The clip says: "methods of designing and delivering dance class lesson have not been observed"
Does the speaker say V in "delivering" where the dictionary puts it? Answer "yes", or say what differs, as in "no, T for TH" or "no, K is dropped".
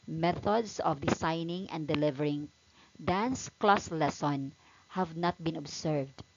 yes